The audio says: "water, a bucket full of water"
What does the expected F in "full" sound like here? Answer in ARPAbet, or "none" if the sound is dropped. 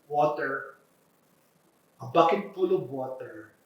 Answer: P